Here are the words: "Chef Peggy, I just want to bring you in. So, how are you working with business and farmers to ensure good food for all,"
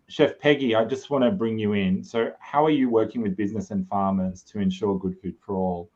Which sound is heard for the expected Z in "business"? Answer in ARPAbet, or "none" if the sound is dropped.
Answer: Z